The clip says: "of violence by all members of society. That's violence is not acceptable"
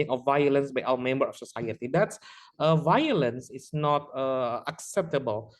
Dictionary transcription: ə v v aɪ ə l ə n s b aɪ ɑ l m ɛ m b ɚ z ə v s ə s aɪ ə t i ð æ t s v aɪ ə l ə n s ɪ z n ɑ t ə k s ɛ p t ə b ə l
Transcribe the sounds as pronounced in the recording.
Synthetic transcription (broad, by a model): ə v v aɪ ə l ə n s b aɪ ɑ w m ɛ m b ɚ ə f s ə s aɪ ə t i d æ t s v aɪ ə l ə n s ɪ s n ɑ t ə k s ɛ p t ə b ə l